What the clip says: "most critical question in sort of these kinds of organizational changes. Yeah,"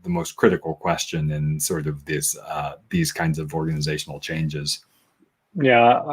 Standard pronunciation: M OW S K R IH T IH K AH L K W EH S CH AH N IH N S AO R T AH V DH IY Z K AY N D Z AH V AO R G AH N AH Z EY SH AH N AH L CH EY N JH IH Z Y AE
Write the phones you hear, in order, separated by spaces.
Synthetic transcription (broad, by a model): M OW S K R IH T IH K L K W EH S CH AH N IH N S AO R T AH V DH IY Z K AY N D Z AH V AO R G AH N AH Z EY SH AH N L CH EY N JH IH Z Y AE